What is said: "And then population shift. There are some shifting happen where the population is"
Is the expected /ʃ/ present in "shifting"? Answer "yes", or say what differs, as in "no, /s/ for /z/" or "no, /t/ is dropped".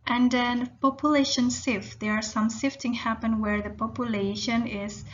no, /s/ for /ʃ/